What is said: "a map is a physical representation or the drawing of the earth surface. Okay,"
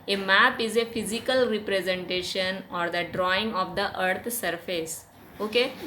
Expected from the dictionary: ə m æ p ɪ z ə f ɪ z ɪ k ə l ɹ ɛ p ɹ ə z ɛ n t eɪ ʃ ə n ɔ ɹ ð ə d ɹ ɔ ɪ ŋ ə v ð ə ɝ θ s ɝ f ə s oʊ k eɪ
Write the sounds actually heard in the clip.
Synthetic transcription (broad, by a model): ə m æ p ɪ z ə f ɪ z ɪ k ə l ɹ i p ɹ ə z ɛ n t eɪ ʃ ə n ɔ ɹ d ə d ɹ ɔ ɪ ŋ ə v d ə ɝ t s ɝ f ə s oʊ k eɪ